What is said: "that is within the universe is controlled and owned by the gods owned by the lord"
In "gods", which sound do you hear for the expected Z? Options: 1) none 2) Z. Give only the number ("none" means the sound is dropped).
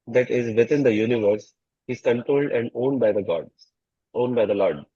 1